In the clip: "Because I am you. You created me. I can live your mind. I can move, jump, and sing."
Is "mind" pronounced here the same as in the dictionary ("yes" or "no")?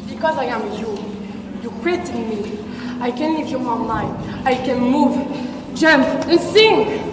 no